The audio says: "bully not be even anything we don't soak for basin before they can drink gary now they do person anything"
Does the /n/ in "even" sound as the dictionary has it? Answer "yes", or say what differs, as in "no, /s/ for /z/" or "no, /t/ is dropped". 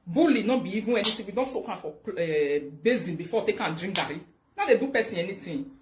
no, /n/ is dropped